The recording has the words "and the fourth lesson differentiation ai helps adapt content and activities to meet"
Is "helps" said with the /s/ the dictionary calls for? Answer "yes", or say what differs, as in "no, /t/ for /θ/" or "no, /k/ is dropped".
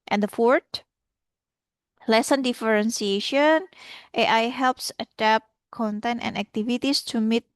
yes